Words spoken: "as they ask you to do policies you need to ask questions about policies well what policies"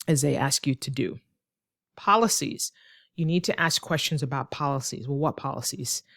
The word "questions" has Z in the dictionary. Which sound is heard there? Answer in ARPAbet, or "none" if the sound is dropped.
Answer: Z